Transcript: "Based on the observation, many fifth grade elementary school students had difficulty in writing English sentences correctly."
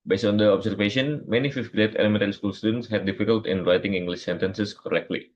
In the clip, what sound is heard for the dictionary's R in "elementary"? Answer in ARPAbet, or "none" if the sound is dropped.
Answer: none